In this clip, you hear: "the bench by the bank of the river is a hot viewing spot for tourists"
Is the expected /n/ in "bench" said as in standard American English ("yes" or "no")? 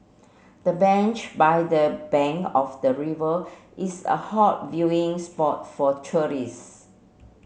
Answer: yes